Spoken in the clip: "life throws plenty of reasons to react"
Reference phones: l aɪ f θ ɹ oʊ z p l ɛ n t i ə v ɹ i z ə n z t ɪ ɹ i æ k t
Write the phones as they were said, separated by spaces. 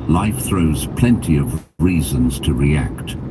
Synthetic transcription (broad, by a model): l aɪ f θ ɹ oʊ z p l ɛ n t i ə v ɹ i z ə n z t ɪ ɹ i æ k t